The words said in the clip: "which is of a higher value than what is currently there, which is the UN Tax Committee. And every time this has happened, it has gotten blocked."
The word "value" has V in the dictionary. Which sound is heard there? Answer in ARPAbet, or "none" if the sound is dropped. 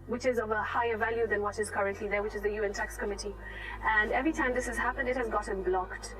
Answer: V